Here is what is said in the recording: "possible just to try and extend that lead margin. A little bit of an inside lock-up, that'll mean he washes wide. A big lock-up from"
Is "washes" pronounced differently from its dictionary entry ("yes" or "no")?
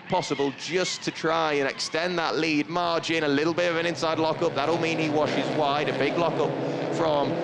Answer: no